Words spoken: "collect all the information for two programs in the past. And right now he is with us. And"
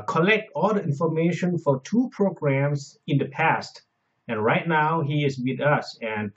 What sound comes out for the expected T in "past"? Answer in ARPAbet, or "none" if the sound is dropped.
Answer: T